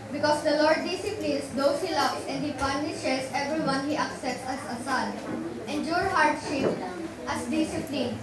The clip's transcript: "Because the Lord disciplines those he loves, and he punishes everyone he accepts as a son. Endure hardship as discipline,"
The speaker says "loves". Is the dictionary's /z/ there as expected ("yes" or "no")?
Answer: no